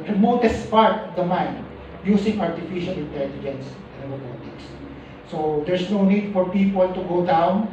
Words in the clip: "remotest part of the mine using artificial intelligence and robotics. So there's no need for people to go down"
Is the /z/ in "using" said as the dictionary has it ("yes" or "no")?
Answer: no